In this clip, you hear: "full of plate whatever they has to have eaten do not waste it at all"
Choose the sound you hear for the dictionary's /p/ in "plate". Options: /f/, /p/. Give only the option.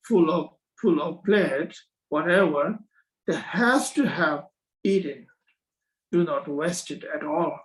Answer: /f/